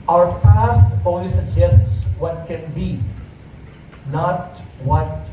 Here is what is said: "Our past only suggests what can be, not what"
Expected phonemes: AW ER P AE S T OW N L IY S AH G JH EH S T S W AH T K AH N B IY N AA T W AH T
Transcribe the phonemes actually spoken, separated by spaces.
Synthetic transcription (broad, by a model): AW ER P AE S T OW L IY S AH G JH EH S T S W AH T K AH N B IY N AA T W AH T